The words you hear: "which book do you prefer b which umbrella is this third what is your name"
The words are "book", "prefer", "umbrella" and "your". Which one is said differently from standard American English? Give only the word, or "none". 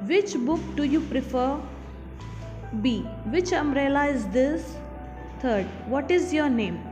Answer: umbrella